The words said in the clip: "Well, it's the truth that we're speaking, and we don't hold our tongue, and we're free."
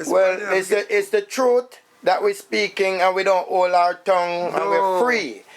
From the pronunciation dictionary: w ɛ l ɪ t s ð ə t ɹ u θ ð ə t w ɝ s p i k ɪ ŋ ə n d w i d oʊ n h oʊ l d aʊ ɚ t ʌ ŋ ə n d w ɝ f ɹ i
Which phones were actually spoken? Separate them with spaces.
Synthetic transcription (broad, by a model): w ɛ l ɪ t s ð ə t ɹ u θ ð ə t w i s p i k ɪ ŋ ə n w i d oʊ n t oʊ l aʊ ɚ t ʌ ŋ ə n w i f ɹ i